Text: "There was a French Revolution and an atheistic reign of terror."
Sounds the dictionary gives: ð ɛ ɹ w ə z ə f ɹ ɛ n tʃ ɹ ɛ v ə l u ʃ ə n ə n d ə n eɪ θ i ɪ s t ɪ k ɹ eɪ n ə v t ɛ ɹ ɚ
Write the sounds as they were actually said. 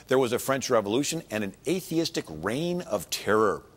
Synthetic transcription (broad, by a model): ð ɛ ɹ w ə z ə f ɹ ɛ n tʃ ɹ ɛ v ə l u ʃ ə n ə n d ə n eɪ θ i ɪ s t ɪ k ɹ eɪ n ə v t ɛ ɹ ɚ